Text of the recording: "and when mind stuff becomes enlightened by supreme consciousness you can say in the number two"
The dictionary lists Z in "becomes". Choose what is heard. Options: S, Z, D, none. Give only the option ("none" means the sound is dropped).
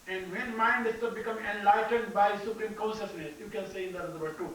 none